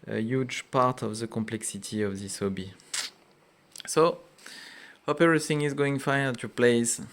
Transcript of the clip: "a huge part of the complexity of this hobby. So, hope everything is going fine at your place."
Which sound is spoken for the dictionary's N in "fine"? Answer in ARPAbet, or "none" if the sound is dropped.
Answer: none